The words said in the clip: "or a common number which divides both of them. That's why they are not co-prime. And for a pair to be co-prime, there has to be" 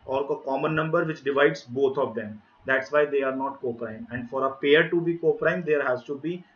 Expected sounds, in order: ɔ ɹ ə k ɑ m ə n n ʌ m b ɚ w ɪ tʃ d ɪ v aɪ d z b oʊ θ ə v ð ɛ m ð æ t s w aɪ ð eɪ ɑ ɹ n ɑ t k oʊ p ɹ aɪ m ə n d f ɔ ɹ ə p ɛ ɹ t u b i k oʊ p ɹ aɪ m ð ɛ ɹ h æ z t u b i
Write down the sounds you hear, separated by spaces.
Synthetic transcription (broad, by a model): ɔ ɹ ə k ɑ m ə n n ʌ m b ɚ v ɪ tʃ d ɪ v aɪ d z b oʊ t ə v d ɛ m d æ t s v aɪ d eɪ ɑ ɹ n ɑ t k oʊ p ɹ aɪ m ə n d f ɔ ɹ ə p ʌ ɹ t u b i k oʊ p ɹ aɪ m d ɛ ɹ h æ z t u b i